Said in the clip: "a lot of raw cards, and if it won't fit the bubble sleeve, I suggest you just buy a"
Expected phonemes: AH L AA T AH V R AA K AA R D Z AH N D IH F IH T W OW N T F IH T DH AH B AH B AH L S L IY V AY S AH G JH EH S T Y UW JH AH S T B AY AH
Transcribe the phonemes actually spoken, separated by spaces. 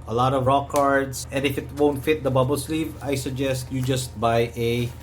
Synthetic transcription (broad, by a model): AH L AA T AH V R AA K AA R D S AH N D IH F IH T W OW N T F IH T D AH B AH B AH L S L IY V AY S AH G JH EH S T Y UW JH AH S T B AY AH